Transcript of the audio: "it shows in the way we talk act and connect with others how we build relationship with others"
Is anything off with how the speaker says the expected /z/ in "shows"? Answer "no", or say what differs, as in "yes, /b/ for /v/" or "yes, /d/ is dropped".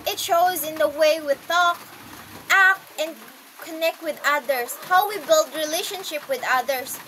no